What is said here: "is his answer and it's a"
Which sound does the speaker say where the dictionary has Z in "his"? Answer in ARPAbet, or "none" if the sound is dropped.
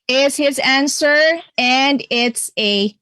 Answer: Z